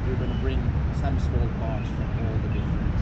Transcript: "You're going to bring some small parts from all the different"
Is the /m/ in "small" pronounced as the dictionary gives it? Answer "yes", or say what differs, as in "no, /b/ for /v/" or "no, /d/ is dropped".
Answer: no, /m/ is dropped